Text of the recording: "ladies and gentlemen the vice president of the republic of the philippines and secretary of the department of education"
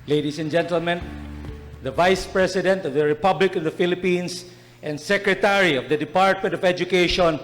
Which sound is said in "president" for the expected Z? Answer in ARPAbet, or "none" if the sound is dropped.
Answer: S